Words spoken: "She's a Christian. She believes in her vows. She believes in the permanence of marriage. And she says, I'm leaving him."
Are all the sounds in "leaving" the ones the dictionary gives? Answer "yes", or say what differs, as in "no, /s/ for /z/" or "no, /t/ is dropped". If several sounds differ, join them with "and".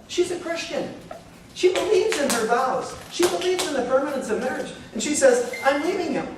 no, /n/ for /l/